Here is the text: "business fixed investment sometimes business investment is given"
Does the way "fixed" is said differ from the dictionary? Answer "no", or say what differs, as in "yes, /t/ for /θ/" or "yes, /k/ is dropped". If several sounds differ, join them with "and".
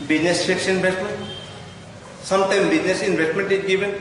yes, /t/ is dropped